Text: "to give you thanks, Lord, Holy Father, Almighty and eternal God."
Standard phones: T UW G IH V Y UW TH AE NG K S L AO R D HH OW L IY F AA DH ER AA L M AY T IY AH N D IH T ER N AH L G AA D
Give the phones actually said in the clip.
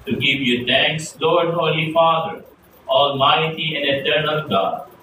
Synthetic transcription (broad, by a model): T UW G IH V Y UW T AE NG K S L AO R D HH OW L IY F AA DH ER AA L M AY T IY AH N D IH T ER N AH L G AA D